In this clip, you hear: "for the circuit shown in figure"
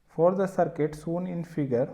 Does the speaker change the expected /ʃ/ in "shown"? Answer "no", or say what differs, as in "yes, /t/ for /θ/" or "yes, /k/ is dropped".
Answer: yes, /s/ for /ʃ/